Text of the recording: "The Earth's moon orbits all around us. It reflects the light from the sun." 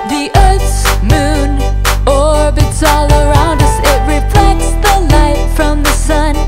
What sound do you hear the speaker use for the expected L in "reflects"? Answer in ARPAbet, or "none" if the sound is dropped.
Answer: L